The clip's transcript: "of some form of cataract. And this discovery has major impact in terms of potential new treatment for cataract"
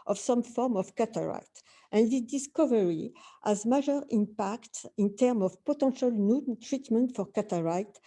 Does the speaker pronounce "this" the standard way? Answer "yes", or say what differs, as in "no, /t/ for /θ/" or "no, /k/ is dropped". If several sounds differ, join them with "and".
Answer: no, /s/ is dropped